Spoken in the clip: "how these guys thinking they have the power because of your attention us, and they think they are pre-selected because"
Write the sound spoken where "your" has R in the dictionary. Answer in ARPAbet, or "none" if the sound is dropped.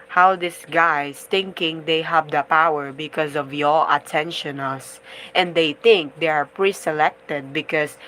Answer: L